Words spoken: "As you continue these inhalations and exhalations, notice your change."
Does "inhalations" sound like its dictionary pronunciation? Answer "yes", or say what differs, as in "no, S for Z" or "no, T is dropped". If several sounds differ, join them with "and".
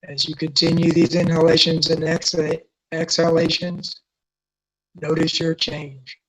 yes